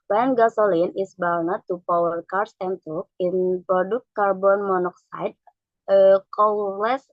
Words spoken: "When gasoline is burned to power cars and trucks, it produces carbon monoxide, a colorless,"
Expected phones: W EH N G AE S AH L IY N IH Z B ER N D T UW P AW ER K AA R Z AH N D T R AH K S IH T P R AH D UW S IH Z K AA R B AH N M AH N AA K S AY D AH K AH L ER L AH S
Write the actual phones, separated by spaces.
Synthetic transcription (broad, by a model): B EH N G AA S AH L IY N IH S B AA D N T UW P AW ER K AA R S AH N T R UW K IH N P R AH D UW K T K AA R B AH N M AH N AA K S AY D AH K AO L L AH S